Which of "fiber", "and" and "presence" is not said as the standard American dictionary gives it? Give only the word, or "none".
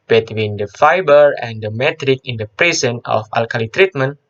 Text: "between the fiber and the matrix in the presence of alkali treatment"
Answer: presence